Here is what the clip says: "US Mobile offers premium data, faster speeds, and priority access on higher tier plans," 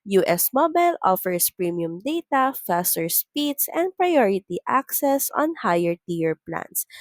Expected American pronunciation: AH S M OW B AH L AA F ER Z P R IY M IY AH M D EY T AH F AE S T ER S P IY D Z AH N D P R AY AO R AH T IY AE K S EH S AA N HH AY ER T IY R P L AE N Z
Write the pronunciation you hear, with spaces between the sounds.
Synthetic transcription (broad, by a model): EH S M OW B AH L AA F ER S P R IY M IY AH M D EY T AH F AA S T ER S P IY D S AH N D P R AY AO R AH T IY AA K S EH S AA N HH AY ER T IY R P L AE N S